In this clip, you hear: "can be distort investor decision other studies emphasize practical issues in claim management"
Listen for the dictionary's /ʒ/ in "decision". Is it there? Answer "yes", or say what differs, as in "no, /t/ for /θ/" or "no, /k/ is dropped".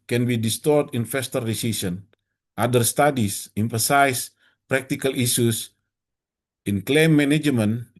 no, /s/ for /ʒ/